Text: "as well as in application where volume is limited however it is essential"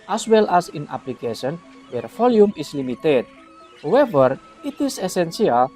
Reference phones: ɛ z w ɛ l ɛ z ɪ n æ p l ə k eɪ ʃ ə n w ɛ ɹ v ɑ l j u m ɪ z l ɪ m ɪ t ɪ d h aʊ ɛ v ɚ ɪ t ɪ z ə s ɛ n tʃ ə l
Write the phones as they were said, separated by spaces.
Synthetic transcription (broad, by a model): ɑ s w ɛ l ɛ s ɪ n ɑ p l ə k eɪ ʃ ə n w ɛ ɹ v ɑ l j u m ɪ s l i m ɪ t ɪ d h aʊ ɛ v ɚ ɪ t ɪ s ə s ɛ n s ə l